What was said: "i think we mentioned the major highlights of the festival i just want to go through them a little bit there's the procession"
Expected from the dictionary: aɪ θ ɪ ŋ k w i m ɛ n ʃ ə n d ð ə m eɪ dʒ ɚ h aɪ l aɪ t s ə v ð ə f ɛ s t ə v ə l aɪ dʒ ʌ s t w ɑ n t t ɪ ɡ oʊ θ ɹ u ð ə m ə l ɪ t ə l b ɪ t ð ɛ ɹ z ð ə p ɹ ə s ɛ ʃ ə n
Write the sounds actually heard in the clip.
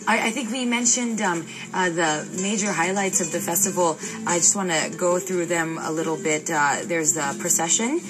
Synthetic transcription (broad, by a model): aɪ θ ɪ ŋ k w i m ɛ n ʃ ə n d ð ə m eɪ dʒ ɚ h aɪ l aɪ t s ə v ð ə f ɛ s t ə v l aɪ dʒ ʌ s t w ɑ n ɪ ɡ oʊ θ ɹ u ð ə m ə l ɪ t l b ɪ t ð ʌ ɹ z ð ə p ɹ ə s ɛ ʃ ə n